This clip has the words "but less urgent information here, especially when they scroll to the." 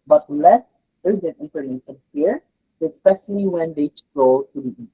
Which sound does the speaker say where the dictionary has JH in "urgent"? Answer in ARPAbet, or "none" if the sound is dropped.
Z